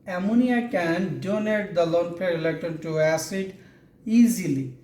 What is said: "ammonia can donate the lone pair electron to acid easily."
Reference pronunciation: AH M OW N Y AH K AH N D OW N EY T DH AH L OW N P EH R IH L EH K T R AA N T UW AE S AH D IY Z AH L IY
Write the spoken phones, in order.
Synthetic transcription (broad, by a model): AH M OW N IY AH K AH N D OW N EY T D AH L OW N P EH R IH L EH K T AA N T UW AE S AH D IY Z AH L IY